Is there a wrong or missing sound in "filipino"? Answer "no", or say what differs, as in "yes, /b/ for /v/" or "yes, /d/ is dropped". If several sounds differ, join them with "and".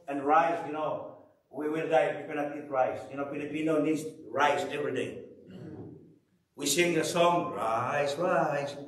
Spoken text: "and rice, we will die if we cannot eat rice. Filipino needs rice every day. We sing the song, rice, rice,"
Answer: yes, /p/ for /f/